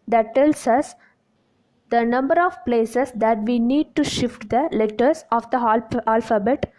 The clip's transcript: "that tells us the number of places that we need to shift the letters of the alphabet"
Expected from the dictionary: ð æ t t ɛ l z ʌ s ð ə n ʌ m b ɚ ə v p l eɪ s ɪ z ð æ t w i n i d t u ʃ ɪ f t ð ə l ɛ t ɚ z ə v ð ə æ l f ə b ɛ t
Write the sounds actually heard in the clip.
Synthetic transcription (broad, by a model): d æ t t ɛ l s ʌ s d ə n ʌ m b ɚ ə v p l eɪ s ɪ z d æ t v i n i d t u ʃ ɪ f t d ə l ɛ t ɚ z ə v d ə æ l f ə b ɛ t